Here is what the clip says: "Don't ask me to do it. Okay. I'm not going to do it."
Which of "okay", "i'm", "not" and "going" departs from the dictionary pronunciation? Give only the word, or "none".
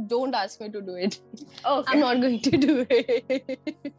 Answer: okay